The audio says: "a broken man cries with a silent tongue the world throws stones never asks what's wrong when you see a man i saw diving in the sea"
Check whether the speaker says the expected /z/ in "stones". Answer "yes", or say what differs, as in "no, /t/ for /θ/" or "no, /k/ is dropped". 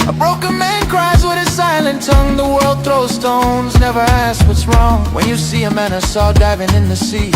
yes